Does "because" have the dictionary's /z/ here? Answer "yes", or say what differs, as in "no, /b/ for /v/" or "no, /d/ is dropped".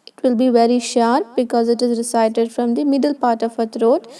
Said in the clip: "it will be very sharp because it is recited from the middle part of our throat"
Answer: yes